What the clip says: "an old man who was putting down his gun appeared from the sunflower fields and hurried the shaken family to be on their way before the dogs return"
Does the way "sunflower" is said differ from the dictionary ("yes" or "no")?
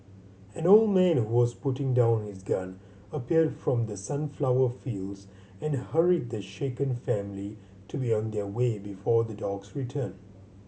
no